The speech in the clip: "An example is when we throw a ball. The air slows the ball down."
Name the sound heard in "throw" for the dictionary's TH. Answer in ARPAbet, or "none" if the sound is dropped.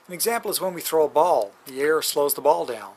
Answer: TH